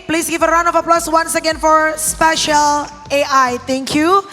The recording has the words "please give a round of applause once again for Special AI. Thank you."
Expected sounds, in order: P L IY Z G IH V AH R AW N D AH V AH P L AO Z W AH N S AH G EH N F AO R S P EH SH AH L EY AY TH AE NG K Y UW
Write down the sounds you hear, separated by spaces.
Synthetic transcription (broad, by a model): P L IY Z G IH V AH R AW N AH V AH P L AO S W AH N S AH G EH N F AO R S P EH SH AH L EY AY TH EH NG K Y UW